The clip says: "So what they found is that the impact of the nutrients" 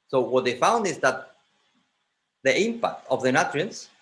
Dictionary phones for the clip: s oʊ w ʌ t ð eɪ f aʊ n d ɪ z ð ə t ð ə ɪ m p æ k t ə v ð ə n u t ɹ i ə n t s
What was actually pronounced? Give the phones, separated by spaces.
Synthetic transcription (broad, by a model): s oʊ w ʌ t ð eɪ f aʊ n d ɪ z ð ə t ð ə ɪ m p æ k t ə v ð ə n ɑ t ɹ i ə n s